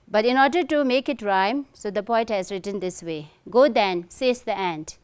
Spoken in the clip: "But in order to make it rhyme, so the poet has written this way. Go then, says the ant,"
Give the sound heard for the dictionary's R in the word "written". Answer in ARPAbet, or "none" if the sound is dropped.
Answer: R